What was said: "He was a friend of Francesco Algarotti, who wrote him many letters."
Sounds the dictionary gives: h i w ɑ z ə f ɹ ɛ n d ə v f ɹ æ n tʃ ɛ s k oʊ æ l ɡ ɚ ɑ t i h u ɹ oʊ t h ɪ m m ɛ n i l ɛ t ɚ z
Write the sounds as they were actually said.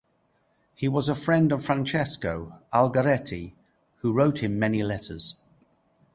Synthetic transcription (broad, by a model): h i w ɑ z ə f ɹ ɛ n d ə v f ɹ æ n tʃ ɛ s k oʊ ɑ l ɡ ɚ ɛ t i h u ɹ oʊ t h ɪ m m ɛ n i l ɛ t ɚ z